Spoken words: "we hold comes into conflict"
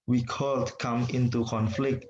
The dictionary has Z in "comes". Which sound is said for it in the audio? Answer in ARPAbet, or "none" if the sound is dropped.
none